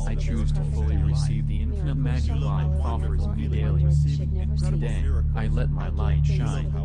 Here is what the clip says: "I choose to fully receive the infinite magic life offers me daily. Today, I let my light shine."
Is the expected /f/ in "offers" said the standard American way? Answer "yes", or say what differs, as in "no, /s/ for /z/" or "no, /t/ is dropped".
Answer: yes